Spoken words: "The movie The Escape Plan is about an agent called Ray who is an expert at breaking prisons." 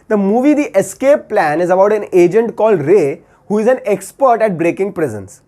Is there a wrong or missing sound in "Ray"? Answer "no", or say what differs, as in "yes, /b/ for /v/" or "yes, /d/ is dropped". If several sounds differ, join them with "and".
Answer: no